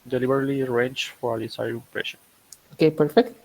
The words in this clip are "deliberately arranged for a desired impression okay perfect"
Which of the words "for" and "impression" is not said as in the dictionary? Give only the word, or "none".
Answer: impression